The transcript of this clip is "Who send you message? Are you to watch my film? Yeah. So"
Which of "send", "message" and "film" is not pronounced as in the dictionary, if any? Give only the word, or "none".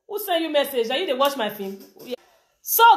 film